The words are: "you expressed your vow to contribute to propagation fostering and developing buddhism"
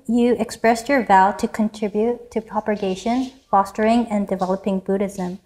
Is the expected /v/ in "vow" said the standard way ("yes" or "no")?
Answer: yes